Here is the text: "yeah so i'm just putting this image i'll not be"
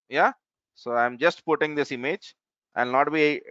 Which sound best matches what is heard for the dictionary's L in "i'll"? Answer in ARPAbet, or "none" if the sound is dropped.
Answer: N